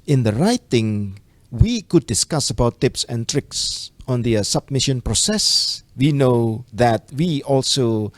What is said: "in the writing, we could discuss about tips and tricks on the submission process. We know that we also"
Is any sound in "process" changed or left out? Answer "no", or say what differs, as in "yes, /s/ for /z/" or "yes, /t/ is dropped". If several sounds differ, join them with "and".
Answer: no